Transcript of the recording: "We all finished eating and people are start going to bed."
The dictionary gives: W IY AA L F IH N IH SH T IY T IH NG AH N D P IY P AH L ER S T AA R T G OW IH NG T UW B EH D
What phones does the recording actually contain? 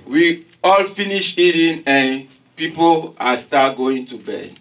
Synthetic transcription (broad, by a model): W IY AA L F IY N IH SH IY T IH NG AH N P IY P AH L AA S T AA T G OW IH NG T UW B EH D